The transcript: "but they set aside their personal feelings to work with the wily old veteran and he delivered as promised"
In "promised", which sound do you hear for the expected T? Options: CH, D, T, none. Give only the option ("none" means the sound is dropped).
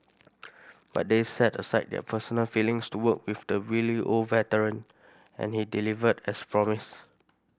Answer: none